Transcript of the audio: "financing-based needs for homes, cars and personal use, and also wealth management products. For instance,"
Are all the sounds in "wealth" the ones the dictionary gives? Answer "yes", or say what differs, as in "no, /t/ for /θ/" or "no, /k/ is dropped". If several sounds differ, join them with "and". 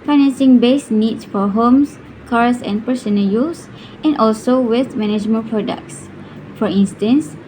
no, /l/ is dropped